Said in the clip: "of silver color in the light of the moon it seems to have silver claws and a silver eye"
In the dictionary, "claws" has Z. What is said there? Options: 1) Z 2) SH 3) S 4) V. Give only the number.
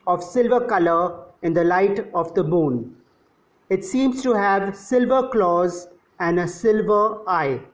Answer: 1